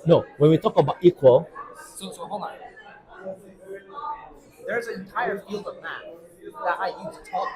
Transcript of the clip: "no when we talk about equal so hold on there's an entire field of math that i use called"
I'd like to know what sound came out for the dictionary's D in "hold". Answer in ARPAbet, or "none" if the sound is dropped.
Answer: none